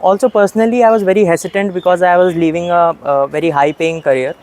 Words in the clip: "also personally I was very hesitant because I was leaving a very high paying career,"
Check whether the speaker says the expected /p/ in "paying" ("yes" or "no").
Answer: yes